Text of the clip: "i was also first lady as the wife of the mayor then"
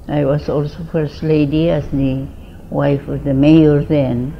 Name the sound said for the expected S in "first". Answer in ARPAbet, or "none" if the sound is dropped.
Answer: S